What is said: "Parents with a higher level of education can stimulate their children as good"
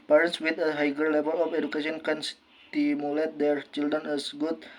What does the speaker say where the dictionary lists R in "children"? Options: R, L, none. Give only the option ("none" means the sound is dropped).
none